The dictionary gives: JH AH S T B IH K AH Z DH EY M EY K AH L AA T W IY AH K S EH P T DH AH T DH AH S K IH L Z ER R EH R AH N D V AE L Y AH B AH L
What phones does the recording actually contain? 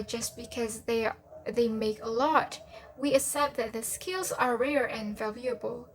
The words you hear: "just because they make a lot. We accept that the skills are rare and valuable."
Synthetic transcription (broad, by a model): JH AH S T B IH K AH Z DH EY M EY K AH L AA T W IY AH S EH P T DH AH T DH AH S K IH L Z ER R EH R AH N V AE L Y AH B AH L